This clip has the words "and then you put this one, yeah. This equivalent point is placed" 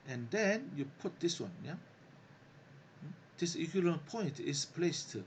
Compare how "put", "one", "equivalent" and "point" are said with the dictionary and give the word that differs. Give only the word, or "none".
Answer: equivalent